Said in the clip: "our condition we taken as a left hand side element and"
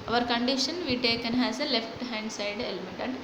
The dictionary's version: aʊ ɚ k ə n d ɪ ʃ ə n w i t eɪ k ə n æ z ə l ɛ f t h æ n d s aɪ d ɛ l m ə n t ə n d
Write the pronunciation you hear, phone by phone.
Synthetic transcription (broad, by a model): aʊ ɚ k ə n d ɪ ʃ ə n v i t eɪ k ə n æ z ə l ɛ f t h æ n d s aɪ d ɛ l m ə t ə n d